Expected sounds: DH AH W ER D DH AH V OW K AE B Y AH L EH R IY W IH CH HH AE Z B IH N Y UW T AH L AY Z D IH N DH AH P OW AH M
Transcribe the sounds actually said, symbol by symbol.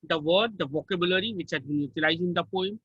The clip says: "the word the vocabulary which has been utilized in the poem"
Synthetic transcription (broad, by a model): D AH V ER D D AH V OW K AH B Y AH L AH R IY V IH CH HH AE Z B IH N Y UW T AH L AY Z IH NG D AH P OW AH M